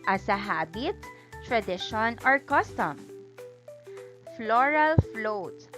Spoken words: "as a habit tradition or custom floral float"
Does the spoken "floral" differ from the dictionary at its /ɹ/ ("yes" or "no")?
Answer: no